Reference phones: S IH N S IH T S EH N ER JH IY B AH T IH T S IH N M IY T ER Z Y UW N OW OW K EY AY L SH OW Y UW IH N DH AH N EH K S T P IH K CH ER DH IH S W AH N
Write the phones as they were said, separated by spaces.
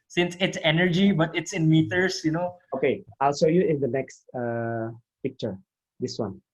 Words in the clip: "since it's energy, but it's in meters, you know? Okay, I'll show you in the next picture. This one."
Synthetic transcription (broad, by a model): S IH N S IH T S EH N ER JH IY B AH T IH T S IH N M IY T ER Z Y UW N OW OW K EY AY L S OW Y UW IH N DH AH N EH K S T P IH K CH ER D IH S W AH N